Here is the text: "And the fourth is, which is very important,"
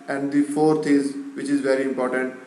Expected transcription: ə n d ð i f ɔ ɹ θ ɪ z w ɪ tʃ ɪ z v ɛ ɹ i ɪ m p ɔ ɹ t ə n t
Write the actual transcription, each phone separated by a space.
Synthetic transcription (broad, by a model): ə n d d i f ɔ ɹ t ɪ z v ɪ tʃ ɪ z v ɛ ɹ i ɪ m p ɔ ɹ t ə n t